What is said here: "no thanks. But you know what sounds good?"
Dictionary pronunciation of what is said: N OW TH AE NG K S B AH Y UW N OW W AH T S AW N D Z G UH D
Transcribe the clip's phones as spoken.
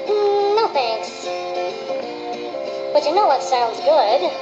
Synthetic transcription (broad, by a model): N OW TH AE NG S B AH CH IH N OW W AH T S AW N D Z G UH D